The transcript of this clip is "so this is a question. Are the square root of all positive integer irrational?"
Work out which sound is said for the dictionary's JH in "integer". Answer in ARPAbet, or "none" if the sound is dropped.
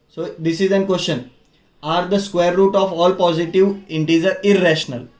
Z